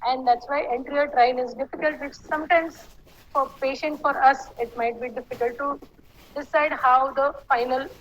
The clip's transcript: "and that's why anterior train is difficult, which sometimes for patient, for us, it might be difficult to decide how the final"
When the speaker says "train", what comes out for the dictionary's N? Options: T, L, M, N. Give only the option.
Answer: L